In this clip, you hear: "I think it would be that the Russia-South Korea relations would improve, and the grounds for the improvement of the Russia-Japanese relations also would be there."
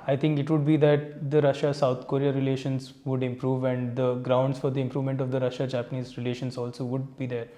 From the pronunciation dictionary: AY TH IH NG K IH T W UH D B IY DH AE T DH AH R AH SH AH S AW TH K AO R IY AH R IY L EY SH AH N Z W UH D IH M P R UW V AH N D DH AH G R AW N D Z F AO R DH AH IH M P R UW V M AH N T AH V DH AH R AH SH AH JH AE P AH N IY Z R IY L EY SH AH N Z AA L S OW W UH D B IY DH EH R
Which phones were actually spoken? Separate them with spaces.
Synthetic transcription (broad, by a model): AY T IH NG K IH T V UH D B IY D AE T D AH R AH SH AH S AW T K AO R IY AH R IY L EY SH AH N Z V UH D IH M P R UW V AH N D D AH G R AW N D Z F AO R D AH IH M P R UW V M AH N T AH V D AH R AH SH AH JH AE P AH N IY Z R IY L EY SH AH N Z AA L S OW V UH D B IY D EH R